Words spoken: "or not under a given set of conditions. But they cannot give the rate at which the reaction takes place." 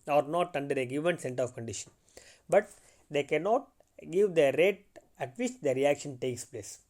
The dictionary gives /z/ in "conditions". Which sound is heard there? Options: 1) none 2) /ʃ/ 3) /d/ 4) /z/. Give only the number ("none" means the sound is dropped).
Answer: 1